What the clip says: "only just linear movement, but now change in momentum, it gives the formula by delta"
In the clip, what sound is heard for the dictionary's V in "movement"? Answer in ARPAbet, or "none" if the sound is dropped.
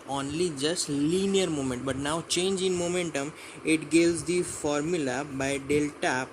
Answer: none